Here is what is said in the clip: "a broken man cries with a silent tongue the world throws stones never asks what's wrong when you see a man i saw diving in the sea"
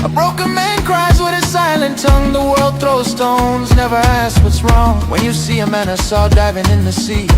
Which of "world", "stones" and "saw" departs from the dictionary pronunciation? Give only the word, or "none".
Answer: none